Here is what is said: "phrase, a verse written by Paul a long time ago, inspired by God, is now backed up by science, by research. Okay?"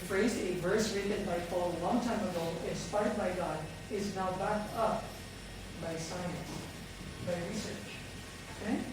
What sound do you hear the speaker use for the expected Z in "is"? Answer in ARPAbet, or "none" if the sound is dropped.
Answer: Z